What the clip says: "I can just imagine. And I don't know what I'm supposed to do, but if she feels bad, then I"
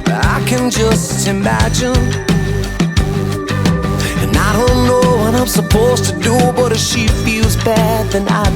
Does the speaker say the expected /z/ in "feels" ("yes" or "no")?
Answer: yes